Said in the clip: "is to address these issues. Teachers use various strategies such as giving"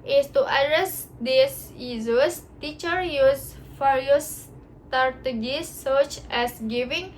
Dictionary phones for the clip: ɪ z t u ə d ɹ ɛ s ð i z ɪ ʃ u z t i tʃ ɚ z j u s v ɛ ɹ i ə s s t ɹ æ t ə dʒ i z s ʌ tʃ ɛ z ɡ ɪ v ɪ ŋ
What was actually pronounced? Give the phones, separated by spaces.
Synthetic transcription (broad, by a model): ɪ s t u ə d ɹ ɛ s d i s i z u s t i tʃ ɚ j u s f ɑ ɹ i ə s s t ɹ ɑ t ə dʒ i s ʌ tʃ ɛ s ɡ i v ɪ ŋ